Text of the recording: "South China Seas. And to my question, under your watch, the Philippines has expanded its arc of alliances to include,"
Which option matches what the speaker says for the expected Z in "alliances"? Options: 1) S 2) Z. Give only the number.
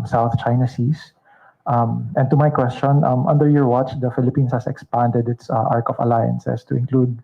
1